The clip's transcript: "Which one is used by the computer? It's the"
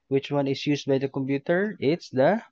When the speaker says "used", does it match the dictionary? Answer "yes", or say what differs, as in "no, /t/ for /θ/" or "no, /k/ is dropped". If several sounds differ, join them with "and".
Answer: no, /s/ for /z/